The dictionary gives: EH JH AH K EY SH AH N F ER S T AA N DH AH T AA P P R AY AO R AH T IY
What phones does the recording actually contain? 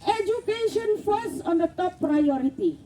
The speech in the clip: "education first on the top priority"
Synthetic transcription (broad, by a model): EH JH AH K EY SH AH N F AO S AA N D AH T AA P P R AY AO R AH T IY